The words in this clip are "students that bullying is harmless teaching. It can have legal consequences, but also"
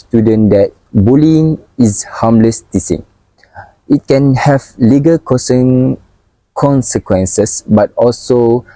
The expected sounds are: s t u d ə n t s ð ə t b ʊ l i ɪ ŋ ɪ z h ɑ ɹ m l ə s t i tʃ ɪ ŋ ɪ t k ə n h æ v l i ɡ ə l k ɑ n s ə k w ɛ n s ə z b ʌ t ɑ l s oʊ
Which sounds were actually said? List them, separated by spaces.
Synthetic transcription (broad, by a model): s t u d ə n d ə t b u l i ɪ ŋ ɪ s h ɑ m l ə s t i s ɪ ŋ ɪ t k ə n h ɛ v l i ɡ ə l k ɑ n s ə k w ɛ n s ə s b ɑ t ɑ l s oʊ